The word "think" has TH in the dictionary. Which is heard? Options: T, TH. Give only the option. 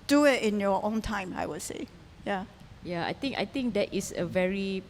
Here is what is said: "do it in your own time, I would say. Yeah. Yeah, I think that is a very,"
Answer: T